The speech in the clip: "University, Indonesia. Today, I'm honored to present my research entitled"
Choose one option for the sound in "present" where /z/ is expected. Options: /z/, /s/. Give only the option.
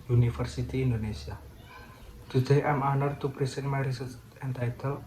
/s/